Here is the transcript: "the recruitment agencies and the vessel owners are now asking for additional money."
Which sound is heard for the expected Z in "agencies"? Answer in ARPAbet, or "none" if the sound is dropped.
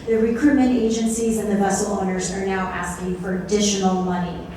Z